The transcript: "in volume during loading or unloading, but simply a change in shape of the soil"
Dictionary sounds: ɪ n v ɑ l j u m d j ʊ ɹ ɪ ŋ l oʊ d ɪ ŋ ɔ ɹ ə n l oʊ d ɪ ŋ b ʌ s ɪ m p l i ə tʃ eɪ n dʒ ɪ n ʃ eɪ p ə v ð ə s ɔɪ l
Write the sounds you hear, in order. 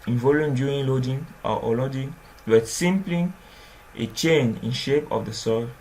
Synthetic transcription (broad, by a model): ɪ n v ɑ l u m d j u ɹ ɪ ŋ l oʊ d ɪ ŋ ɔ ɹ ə l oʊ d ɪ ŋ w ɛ s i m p l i ə tʃ eɪ n ɪ n ʃ eɪ p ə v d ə s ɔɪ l